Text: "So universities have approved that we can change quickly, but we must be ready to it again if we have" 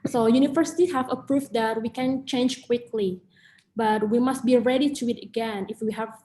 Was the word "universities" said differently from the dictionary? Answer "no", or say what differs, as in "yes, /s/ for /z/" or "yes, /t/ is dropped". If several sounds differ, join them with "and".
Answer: yes, /z/ is dropped